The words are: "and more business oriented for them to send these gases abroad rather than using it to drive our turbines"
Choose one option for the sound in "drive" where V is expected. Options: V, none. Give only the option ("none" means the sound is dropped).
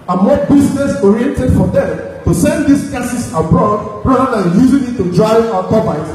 none